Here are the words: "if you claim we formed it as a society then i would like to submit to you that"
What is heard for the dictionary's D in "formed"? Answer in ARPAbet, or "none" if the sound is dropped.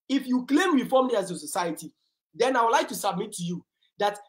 none